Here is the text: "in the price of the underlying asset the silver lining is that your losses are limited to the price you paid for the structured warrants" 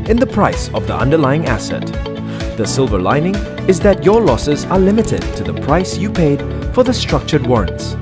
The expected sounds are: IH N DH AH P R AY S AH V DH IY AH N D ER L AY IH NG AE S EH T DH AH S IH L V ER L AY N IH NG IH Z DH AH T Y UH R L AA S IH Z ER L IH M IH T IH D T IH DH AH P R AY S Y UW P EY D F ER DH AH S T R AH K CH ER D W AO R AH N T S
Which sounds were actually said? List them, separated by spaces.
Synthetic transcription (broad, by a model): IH N DH AH P R AY S AH V DH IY AH N D ER L AY IH NG AE S EH T DH AH S IH L V ER L AY N IH NG IH Z DH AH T Y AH R L AA S IH Z ER L IH M IH T IH D T IH DH AH P R AY S Y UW P EY D F ER DH AH S T R AH K CH ER D W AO R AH N T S